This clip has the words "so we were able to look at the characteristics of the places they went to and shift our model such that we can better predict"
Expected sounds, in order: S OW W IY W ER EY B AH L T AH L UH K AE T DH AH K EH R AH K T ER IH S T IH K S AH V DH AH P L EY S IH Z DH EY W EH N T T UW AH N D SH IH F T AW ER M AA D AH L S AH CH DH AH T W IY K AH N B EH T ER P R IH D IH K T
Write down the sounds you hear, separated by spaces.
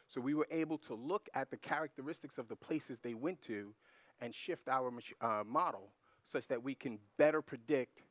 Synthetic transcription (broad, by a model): S OW W IY W ER EY B L T AH L UH K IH T DH AH K EH R AH K T ER IH S T IH K S AH V DH AH P L EY S IH Z DH EY W EH N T T UW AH N SH IH F T AW ER M AA D L S AH CH DH AH T W IY K AH N B EH T ER P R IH D IH K T